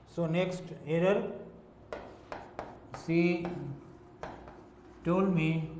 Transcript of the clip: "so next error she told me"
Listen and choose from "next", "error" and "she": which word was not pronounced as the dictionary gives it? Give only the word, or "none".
she